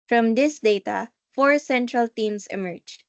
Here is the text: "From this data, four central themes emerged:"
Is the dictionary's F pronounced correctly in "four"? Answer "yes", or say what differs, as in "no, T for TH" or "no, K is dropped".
yes